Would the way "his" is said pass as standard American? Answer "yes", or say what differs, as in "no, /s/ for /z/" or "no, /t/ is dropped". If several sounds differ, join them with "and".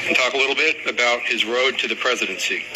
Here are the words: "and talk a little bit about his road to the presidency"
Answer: yes